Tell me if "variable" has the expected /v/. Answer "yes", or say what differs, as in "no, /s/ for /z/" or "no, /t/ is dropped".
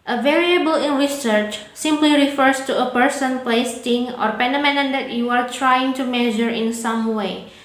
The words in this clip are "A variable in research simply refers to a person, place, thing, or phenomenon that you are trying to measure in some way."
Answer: yes